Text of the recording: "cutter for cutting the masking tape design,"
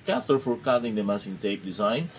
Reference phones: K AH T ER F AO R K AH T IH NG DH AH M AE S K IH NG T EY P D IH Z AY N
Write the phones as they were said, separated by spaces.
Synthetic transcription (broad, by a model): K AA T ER F AO R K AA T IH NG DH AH M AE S IH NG T EY P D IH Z AY N